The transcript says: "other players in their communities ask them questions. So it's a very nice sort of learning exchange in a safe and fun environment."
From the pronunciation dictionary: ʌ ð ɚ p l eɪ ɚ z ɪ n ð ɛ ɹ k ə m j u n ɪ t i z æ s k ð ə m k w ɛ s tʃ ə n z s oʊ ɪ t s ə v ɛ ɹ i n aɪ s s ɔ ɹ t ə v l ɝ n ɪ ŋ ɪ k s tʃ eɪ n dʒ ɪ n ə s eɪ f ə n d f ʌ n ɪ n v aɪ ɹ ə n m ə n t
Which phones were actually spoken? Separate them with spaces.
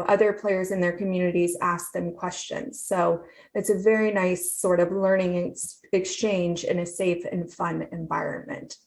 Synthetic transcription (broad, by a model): ʌ ð ɚ p l eɪ ɚ z ɪ n ð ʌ ɹ k ə m j u n ɪ t i z æ s k ð ə m k w ɛ s tʃ ə n z s oʊ ɪ t s ə v ɛ ɹ i n aɪ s s ɔ ɹ t ə v l ɝ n ɪ ŋ ɪ k s tʃ eɪ n dʒ ɪ n ə s eɪ f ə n f ʌ n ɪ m v aɪ ɹ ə n m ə n t